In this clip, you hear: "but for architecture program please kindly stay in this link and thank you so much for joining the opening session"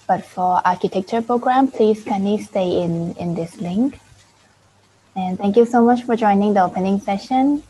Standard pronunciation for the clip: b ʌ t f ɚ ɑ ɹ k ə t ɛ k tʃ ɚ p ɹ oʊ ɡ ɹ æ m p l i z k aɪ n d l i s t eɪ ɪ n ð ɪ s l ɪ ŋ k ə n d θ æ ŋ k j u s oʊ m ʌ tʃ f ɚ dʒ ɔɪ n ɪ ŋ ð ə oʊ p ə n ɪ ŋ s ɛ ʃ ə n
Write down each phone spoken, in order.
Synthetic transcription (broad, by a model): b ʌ t f ɚ ɑ ɹ k ə t ɛ k tʃ ɚ p ɹ oʊ ɡ ɹ æ m p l i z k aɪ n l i s t eɪ ɪ n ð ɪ s l ɪ ŋ k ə n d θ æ ŋ k j u s oʊ m ʌ tʃ f ɚ dʒ ɔɪ n ɪ ŋ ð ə oʊ p ə n ɪ ŋ s ɛ ʃ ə n